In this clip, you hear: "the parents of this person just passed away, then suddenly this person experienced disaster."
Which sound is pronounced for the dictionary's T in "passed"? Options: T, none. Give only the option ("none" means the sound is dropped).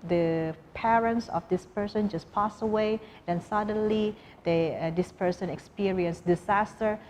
none